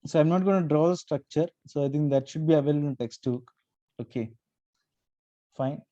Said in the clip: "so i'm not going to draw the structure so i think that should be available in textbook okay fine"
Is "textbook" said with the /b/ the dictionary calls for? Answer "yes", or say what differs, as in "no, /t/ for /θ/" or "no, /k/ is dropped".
no, /b/ is dropped